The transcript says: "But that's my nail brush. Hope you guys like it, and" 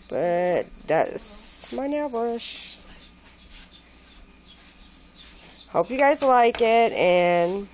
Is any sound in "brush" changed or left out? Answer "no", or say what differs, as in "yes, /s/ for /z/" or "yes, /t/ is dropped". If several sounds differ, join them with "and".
yes, /w/ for /ɹ/